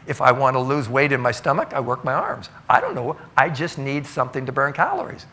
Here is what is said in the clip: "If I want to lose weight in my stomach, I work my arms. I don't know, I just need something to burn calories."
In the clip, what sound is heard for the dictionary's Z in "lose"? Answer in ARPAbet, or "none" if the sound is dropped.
Z